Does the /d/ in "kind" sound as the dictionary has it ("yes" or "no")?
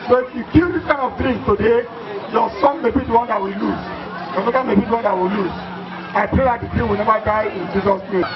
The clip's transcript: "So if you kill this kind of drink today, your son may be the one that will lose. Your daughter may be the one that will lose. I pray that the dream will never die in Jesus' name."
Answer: no